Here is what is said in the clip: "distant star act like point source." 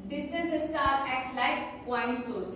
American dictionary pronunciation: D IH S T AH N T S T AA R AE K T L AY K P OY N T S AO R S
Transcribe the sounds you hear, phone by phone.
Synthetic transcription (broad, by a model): D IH S T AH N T S T AA R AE T L AY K P OY N T S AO R S